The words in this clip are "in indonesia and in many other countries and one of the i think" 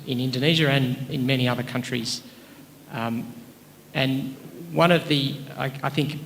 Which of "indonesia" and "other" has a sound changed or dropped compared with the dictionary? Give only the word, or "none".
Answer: none